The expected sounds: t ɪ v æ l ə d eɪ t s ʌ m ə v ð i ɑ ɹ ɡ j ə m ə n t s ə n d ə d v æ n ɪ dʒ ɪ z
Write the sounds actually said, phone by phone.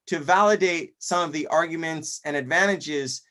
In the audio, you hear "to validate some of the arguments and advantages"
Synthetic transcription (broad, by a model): t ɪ v æ l ə d eɪ t s ʌ m ə v ð i ɑ ɹ ɡ j ə m ə n t s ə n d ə d v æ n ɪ dʒ ɪ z